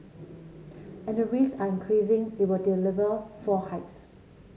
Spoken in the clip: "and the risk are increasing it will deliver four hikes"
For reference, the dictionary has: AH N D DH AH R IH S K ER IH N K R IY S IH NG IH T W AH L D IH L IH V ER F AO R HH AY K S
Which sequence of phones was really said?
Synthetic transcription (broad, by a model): AH N D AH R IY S AA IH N K R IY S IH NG IH T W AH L D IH L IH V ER F AO HH AY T S